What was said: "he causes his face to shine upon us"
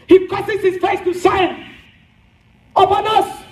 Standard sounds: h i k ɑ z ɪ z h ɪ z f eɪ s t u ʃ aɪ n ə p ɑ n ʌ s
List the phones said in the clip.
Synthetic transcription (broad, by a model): h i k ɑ s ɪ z h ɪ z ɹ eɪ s t u s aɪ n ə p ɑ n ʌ s